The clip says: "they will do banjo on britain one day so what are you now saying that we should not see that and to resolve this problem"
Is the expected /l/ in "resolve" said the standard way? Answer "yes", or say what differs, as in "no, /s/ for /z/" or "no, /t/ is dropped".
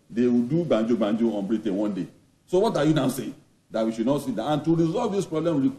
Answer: yes